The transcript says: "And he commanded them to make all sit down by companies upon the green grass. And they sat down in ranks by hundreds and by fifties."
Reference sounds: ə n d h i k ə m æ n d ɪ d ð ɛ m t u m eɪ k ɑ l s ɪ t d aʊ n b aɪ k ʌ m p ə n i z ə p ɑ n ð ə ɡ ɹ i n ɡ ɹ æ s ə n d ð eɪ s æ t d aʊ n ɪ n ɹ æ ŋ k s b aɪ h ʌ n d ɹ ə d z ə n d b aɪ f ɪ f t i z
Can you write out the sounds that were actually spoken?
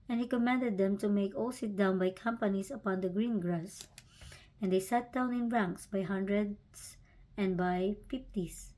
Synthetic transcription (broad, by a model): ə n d h i k ə m æ n d ɪ d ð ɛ m t u m eɪ k ɑ l s ɪ t d aʊ n b aɪ k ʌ m p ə n i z ə p ɑ n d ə ɡ ɹ i n ɡ ɹ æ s ə n d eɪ s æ t d aʊ n ɪ n ɹ æ ŋ k s b aɪ h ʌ n d ɹ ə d s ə n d b aɪ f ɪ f t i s